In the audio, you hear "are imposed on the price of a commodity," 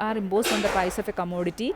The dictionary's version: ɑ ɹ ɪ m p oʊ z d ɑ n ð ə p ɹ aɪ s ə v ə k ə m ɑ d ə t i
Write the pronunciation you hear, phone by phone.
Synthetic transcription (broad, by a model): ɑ ɹ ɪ m b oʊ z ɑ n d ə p aɪ s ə f ə k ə m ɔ d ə t i